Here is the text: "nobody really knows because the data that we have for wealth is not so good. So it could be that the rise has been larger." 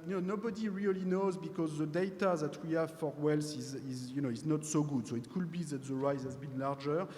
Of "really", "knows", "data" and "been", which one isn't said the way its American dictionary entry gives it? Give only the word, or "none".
none